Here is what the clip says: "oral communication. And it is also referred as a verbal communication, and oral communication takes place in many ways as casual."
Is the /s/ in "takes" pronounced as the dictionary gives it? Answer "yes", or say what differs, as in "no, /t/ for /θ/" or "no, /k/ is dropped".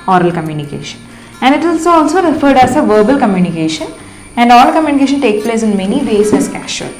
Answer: no, /s/ is dropped